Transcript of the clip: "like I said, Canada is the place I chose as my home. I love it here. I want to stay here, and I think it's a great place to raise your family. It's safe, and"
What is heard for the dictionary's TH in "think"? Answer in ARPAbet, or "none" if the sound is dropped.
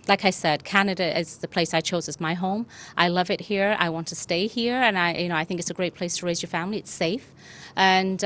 TH